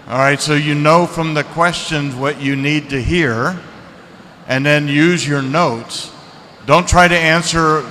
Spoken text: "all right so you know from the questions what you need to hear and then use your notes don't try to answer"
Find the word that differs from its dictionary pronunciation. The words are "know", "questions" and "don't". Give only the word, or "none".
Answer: none